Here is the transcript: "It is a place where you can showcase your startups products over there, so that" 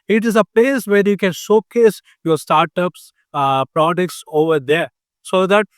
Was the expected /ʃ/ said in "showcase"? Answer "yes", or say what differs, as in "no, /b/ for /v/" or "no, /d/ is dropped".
no, /s/ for /ʃ/